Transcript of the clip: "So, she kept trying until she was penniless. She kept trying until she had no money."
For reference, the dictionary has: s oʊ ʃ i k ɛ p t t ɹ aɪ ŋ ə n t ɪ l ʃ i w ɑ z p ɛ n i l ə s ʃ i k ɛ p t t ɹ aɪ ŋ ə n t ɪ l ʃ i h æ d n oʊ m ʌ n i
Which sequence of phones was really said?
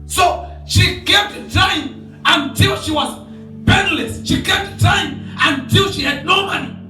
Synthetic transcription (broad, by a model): s oʊ ʃ i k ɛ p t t aɪ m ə n t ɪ l ʃ i w ɑ z b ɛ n l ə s ʃ i k ɛ p t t aɪ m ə n t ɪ l ʃ i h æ d n oʊ m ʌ n i